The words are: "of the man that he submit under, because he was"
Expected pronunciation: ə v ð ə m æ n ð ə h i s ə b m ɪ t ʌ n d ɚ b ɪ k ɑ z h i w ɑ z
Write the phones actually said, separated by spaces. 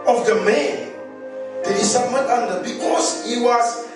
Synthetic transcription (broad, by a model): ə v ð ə m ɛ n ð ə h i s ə m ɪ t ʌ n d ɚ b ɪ k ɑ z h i w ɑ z